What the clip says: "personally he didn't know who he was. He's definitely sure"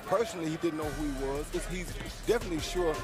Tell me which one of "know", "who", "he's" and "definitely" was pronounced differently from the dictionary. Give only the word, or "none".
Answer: none